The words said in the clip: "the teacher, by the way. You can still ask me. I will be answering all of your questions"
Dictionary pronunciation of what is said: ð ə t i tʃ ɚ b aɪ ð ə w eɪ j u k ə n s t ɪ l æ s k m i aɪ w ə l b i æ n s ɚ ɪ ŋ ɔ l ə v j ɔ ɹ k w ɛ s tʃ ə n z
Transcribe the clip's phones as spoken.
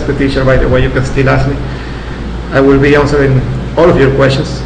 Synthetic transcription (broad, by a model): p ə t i ʃ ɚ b aɪ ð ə w eɪ j u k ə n s t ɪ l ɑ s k m i aɪ w ə l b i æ n s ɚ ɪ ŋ ɔ l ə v j ɔ ɹ k w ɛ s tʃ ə n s